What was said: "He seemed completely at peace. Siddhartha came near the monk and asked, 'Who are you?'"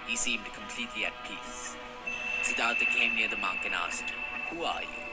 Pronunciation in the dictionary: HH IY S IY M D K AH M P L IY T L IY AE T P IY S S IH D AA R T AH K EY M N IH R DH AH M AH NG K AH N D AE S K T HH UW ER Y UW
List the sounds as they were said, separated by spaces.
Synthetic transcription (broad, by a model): HH IY S IY M D K AH M P L IY T L IY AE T P IY S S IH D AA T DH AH K EY M N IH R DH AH M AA K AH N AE S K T HH UW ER Y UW